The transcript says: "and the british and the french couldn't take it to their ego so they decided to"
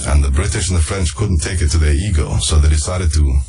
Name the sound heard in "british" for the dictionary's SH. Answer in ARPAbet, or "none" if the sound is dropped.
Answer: SH